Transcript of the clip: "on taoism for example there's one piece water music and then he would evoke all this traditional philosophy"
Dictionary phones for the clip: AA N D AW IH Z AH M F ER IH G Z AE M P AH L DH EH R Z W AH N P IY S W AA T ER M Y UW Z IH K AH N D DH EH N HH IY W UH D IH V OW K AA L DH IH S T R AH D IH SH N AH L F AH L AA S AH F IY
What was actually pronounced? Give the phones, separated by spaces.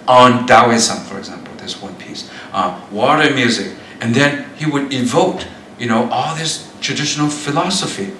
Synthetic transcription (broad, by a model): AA N D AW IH S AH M F ER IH G Z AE M P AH L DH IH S W AH N P IY S W AA T ER M Y UW Z IH K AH N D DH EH N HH IY W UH D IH V OW K AA L DH IH S T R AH D IH SH N L F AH L AA S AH F IY